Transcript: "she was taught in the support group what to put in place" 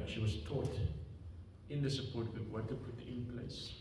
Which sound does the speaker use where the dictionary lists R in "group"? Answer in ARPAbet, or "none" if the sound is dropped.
none